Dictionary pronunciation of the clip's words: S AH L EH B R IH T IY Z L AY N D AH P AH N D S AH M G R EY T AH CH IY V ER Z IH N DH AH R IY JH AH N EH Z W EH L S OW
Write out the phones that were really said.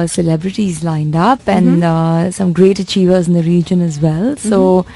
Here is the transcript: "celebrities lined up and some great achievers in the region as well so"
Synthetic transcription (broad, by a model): S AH L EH B R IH T IY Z L AY N D AH P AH N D S AH M G R EY T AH CH IY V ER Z IH N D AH R IY JH AH N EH Z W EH L S OW